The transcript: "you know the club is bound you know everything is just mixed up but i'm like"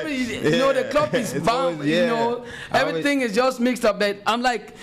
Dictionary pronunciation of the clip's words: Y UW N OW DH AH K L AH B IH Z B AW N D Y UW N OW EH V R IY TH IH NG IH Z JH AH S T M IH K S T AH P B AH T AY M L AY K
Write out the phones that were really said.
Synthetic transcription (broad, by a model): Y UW N OW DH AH K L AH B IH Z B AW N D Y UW N OW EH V R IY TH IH NG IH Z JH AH S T M IH K S T AH P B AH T AY M L AY K